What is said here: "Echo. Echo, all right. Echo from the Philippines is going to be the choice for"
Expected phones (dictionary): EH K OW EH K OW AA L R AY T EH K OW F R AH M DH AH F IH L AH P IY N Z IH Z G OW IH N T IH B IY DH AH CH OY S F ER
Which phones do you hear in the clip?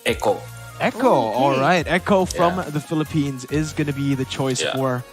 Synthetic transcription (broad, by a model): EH K OW EH K OW AA L R AY T EH K OW F R AH M DH AH F IH L AH P IY N Z IH Z G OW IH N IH B IY DH AH CH OY S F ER